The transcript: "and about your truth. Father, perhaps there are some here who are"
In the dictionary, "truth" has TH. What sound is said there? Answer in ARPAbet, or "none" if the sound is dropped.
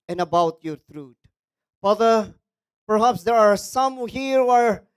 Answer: T